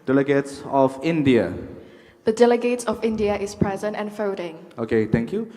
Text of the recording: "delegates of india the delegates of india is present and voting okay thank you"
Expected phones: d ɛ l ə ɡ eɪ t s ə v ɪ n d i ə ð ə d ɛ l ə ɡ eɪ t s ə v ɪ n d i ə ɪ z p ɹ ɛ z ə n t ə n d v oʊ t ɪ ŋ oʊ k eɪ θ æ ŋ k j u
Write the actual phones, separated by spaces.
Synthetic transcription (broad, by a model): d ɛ l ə ɡ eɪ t s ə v ɪ n d i ə ð ə d ɛ l ə ɡ eɪ t s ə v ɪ n d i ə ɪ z p ɹ ɛ z ə n t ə n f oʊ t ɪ ŋ oʊ k eɪ t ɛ ŋ k j u